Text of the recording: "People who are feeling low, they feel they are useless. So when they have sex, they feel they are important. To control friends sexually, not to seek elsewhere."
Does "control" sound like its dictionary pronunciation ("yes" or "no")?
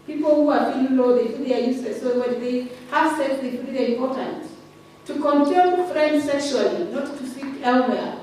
no